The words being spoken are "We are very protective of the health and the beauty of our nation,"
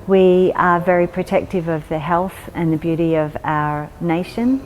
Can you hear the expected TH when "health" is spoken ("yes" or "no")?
yes